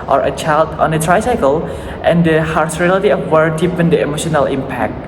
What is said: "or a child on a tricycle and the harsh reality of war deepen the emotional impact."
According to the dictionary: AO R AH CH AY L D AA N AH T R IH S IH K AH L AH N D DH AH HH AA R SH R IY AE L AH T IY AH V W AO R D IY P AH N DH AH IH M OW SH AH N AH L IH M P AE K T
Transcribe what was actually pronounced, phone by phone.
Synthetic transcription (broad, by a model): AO R AH CH AY L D AA N AH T R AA S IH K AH L AH N D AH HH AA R S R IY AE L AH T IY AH F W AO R D IY P AH N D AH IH M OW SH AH N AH L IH M P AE K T